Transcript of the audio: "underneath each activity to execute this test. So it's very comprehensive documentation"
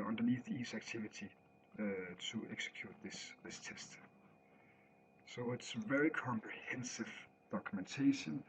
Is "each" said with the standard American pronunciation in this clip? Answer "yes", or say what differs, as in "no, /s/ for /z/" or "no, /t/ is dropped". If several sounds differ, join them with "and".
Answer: no, /s/ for /tʃ/